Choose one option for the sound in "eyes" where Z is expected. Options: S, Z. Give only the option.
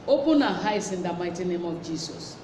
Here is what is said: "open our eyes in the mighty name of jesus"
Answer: S